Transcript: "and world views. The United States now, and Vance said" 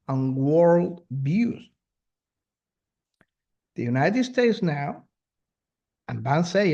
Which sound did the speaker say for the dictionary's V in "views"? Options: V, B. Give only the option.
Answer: B